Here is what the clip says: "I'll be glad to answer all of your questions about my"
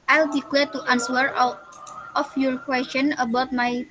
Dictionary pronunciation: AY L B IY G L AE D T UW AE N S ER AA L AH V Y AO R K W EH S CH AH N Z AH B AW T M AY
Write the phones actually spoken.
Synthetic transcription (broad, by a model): AY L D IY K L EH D T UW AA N S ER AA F Y AO R K W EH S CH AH N AH B AW T M AY